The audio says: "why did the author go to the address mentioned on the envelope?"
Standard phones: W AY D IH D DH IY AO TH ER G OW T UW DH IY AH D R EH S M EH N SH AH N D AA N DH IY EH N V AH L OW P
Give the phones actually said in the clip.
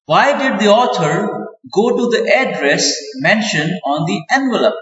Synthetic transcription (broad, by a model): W AY D IH D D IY AO T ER G OW T UW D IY AH D R EH S M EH N SH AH N AA N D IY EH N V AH L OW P